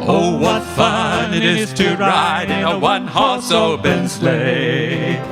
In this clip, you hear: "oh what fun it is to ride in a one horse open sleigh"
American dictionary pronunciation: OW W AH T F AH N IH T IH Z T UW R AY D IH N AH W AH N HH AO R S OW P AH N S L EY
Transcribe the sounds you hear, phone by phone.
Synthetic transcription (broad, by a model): OW W AH T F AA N IH T IH Z T UW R AY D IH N AH W AH N HH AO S OW B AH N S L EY